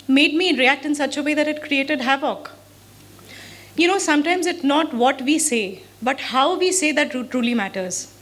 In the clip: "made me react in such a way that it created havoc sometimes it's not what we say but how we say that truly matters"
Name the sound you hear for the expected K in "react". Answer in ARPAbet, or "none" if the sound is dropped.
K